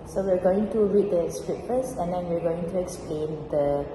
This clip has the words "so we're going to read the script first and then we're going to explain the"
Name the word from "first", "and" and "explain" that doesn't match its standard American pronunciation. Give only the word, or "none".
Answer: first